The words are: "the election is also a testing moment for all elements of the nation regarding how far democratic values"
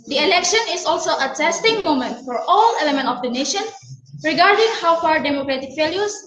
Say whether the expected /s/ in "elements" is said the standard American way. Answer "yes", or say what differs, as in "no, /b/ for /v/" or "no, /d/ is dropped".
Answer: no, /s/ is dropped